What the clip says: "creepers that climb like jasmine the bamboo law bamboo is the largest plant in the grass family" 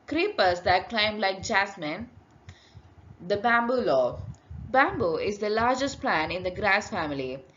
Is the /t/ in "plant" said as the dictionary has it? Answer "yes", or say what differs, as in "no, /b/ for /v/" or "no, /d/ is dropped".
no, /t/ is dropped